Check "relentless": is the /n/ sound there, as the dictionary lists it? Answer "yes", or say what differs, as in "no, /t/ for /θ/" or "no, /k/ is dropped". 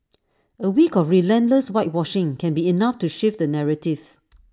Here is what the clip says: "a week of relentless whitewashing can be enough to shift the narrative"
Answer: yes